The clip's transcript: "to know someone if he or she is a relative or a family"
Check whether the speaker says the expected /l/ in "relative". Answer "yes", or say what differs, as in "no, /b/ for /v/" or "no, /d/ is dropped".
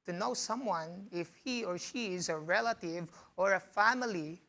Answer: yes